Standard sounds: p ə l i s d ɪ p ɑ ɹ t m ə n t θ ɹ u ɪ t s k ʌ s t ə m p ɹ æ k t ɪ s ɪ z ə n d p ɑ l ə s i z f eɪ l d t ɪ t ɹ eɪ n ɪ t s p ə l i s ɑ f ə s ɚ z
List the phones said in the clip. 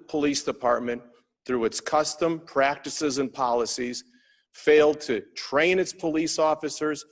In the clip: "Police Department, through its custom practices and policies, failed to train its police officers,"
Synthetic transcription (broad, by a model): p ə l i s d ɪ p ɑ ɹ t m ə n θ ɹ u ɪ t s k ʌ s t ə m p ɹ æ k t ɪ s ɪ z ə n p ɑ l ə s i z f eɪ l d t ɪ t ɹ eɪ n ɪ t s p ə l i s ɑ f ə s ɚ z